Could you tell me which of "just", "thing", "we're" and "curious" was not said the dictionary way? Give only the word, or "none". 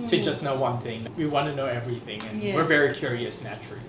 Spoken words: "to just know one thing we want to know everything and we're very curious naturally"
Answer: none